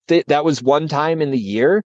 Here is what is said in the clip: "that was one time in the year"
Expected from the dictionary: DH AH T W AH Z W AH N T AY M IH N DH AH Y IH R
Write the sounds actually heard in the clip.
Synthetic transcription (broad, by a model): DH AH T W AH Z W AH N T AY M IH N DH AH Y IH R